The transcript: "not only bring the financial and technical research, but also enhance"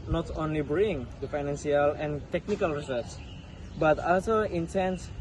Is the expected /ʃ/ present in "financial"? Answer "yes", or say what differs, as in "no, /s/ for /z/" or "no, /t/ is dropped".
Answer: no, /s/ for /ʃ/